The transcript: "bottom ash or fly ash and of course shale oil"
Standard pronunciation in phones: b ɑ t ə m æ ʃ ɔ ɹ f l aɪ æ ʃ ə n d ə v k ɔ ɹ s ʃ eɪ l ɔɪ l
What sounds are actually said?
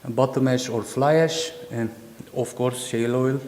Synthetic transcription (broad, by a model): b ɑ t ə m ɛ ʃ ɔ ɹ f l aɪ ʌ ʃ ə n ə f k ɔ ɹ s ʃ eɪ l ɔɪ l